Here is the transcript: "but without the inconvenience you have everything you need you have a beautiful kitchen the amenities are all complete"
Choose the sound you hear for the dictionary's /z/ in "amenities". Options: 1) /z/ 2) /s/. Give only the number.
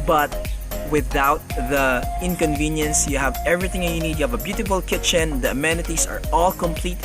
2